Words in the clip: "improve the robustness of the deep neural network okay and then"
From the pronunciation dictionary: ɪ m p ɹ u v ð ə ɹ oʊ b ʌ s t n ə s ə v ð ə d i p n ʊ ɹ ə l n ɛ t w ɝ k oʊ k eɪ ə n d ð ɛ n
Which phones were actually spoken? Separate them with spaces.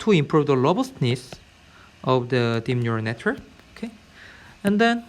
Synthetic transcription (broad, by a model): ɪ m p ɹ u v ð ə l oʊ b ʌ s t n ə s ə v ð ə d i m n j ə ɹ n ɛ t w ɝ k oʊ k eɪ ə n d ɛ n